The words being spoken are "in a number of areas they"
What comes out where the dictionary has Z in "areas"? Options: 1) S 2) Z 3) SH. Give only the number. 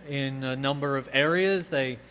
2